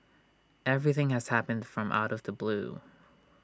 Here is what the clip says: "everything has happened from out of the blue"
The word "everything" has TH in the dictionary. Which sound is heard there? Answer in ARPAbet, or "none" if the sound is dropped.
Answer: TH